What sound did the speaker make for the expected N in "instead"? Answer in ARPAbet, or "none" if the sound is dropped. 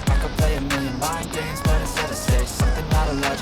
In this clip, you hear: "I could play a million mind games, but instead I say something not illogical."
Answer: none